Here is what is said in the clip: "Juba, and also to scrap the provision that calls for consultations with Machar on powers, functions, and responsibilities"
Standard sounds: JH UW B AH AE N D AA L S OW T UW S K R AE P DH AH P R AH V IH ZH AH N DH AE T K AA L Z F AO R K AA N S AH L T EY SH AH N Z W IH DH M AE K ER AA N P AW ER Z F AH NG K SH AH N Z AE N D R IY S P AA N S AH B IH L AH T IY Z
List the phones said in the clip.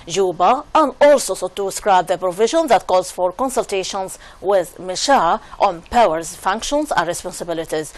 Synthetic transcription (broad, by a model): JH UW B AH AE N D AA L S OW T UW S K R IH B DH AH P R AH V IH ZH AH N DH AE T K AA Z F AO R K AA N S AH L T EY SH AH N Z W IH DH M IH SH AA AA N P AW ER Z F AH NG K SH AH N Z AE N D R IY S P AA N S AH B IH L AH T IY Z